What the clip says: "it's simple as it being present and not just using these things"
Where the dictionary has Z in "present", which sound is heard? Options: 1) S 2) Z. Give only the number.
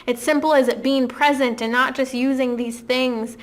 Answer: 2